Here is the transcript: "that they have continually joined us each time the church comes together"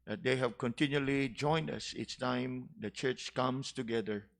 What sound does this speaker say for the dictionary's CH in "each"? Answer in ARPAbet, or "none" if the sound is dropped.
S